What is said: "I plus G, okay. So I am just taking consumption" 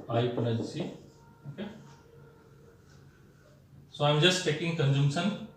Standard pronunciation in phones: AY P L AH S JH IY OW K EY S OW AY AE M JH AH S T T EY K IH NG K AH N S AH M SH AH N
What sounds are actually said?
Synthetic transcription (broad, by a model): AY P N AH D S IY OW K EY S OW AY M JH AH S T T EY K IH NG K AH N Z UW M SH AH N